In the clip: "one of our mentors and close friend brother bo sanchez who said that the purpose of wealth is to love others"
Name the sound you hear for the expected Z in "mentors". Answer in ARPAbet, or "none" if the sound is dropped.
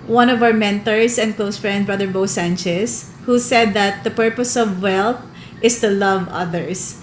S